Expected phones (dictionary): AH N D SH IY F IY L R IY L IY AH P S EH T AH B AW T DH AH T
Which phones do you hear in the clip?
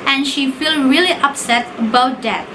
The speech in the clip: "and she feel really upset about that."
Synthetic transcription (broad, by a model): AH N SH IY F IY L R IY L IY AH P S EH T AH B AW T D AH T